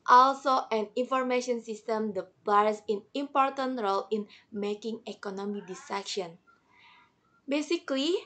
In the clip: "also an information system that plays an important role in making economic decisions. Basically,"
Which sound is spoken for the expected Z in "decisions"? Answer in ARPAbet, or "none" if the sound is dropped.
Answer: none